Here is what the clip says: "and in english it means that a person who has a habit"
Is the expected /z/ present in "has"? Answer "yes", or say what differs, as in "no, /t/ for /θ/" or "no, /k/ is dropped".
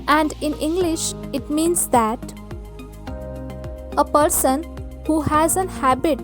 yes